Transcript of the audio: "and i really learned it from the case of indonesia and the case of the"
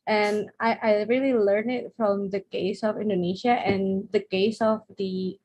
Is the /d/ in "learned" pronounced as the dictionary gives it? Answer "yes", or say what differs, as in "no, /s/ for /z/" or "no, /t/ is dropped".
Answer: no, /d/ is dropped